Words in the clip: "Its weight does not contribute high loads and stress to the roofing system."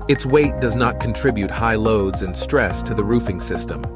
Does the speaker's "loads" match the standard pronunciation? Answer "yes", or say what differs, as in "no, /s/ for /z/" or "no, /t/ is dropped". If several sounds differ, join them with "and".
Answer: yes